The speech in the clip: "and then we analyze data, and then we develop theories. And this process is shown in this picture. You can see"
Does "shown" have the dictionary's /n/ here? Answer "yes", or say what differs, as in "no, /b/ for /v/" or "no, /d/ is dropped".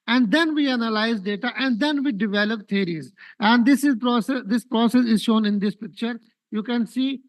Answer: yes